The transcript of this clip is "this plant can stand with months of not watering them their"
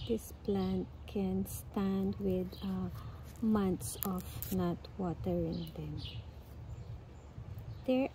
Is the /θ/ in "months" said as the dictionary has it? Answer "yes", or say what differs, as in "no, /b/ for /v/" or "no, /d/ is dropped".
no, /t/ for /θ/